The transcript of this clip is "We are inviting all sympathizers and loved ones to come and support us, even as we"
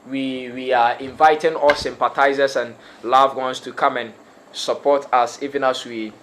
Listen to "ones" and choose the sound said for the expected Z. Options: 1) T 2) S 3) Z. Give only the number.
2